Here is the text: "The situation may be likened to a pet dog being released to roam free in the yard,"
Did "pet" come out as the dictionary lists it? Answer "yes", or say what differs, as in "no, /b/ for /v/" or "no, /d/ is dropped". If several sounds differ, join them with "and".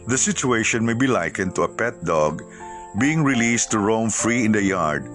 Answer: yes